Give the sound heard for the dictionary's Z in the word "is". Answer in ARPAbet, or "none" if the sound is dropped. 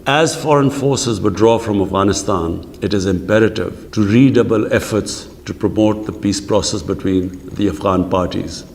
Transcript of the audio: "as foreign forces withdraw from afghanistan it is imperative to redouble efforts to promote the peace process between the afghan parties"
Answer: Z